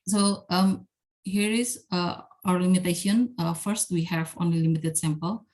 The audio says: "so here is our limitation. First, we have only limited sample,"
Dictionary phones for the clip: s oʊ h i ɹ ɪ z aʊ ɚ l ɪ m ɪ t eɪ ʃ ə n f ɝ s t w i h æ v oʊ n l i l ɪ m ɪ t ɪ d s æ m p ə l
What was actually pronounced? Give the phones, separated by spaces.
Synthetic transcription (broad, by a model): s oʊ h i ɹ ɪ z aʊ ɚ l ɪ m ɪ t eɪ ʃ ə n f ɝ s t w i h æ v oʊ n i l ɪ m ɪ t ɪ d s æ m p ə l